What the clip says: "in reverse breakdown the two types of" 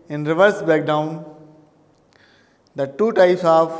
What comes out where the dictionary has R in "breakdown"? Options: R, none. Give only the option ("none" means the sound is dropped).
none